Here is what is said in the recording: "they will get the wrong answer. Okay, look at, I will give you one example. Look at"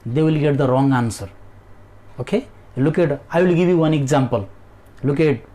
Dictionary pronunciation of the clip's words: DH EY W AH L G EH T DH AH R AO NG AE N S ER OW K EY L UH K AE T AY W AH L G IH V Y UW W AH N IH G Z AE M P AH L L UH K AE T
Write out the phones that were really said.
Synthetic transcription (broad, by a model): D EY W AH L G EH T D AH R AO NG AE N S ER OW K EY L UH K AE T AY W AH L G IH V Y UW W AH N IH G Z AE M P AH L L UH K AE T